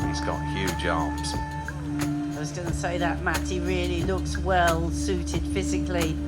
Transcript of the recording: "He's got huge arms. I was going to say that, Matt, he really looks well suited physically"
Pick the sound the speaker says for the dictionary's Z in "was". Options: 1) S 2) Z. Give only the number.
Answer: 2